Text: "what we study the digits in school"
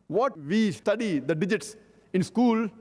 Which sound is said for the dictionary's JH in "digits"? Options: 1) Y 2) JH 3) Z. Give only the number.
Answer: 2